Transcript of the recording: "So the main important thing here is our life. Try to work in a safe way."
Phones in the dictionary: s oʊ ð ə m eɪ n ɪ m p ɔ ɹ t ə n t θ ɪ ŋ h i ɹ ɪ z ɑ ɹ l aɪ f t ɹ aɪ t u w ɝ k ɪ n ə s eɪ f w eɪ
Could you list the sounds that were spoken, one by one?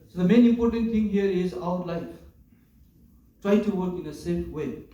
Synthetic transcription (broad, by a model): s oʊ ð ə m eɪ n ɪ m p ɔ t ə n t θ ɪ ŋ h i ɹ ɪ z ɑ w l aɪ f t ɹ aɪ t u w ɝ k ɪ n ə s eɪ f w eɪ